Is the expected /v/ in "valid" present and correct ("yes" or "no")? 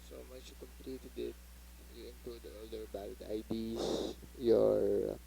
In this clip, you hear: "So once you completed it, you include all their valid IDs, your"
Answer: no